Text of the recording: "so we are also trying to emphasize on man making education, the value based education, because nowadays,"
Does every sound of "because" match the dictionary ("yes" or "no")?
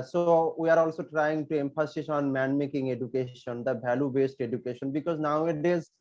yes